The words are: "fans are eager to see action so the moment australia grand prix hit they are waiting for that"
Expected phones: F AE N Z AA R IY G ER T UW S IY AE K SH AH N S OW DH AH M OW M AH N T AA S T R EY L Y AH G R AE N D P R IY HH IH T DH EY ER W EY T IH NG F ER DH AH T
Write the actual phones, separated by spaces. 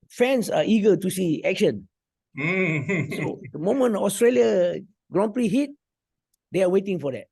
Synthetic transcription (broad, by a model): F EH N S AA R IY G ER T UW S IY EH K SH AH N S OW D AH M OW M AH N AA S T R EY L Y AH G R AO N P R IY HH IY T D EY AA W EY T IH NG F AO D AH T